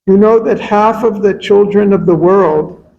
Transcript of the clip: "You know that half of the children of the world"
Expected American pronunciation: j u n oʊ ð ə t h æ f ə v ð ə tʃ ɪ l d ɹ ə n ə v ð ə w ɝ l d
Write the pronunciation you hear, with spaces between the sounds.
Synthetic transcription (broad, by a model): j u n oʊ ð ə t h æ f ə v ð ə tʃ ɪ l d ɹ ə n ə v ð ə w ɝ l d